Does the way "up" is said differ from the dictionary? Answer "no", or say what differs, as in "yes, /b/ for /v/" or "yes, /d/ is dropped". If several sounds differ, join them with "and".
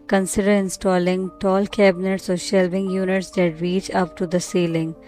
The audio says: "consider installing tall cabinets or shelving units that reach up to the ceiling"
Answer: no